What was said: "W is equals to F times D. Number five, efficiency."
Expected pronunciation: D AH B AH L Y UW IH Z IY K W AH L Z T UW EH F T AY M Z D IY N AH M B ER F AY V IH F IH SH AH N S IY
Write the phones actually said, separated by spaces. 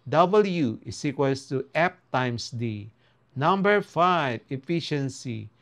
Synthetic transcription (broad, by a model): D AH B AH L Y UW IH S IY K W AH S T UW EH P T AY M S D IY N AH M B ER F AY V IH F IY SH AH N S IY